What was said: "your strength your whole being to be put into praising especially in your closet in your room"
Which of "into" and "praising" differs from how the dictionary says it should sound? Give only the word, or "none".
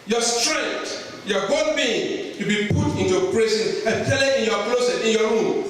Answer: praising